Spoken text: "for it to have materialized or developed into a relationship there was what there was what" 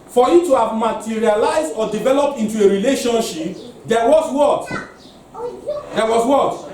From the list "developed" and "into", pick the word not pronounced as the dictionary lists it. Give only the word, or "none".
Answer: none